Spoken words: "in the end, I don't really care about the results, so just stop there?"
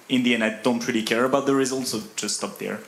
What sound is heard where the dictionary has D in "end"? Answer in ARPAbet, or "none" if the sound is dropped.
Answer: none